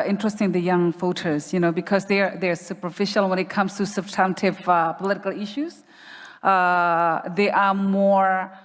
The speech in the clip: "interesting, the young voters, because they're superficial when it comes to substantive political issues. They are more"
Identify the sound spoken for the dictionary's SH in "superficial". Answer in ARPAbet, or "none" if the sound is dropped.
SH